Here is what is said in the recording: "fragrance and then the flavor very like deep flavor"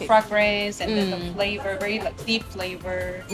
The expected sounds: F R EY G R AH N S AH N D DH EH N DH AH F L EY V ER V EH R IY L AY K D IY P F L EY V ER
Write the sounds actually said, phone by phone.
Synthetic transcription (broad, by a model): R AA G R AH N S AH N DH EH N DH AH F L EY V ER V EH R IY L AY K D IY P F L EY V ER